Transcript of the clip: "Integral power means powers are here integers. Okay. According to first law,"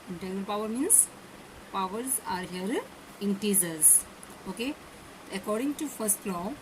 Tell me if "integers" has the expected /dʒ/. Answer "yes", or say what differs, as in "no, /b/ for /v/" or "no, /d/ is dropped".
no, /z/ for /dʒ/